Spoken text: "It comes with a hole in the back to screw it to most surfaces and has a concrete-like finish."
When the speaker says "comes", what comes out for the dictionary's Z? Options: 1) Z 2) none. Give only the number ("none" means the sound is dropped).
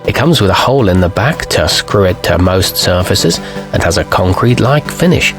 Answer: 1